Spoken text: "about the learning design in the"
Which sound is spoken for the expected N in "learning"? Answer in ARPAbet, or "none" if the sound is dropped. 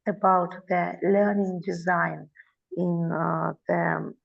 N